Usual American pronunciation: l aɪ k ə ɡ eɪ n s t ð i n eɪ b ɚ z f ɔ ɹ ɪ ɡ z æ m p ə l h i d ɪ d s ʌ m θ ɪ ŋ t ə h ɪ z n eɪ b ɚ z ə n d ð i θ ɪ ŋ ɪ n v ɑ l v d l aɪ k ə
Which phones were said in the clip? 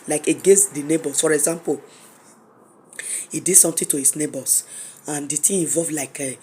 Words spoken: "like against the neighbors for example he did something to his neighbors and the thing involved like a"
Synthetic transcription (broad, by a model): l aɪ k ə ɡ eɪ n s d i n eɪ b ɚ s f ɔ ɹ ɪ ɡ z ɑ m p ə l h i d ɪ d s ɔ m t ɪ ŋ t ə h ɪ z n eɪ b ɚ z ə n d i t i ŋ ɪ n v ɑ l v l aɪ k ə